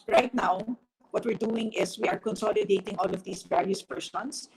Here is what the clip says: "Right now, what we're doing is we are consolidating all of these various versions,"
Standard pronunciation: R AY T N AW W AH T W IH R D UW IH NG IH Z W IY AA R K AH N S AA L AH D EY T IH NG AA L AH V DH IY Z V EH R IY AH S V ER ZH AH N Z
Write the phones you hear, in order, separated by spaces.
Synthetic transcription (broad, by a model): R AY T N AW W AH T W IH R D UW IH NG IH S W IY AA R K AH N S AA L AH D EY T IH NG AA L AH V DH IY S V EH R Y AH S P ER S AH N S